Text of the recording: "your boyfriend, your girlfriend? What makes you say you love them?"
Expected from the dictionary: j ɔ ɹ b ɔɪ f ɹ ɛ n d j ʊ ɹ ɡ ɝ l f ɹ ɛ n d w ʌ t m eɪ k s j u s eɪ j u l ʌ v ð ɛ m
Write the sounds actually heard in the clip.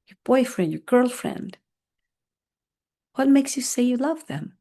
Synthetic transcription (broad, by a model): j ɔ ɹ b ɔɪ f ɹ ɛ n d j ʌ ɹ ɡ ɝ l f ɹ ɛ n d w ʌ t m eɪ k s j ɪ s eɪ j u l ʌ v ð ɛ m